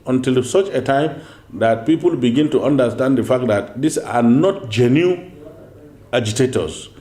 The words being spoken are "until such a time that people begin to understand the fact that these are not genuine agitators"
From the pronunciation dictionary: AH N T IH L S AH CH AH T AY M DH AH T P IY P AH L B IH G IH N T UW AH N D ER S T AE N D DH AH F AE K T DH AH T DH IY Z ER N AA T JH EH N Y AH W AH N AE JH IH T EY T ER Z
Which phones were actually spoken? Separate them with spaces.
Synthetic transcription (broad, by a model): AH N T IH L S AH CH AH T AY M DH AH T P IY P AH L B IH G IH N T UW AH N D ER S T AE N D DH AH F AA K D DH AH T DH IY S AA N AA T JH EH N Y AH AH JH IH T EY T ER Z